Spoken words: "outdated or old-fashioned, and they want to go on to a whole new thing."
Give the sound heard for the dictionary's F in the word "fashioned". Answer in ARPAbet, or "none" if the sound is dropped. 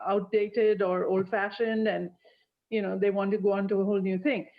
F